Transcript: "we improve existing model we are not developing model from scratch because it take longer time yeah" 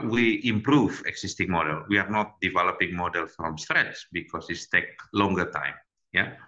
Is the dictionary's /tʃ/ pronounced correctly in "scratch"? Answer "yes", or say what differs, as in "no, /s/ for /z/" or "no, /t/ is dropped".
no, /s/ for /tʃ/